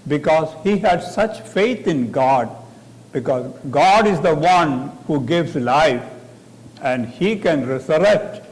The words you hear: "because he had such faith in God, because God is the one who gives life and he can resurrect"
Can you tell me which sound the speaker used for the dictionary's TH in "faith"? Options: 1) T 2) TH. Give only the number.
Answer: 1